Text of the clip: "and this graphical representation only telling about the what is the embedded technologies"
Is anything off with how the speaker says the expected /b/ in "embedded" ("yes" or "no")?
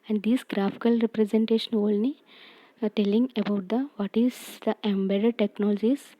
no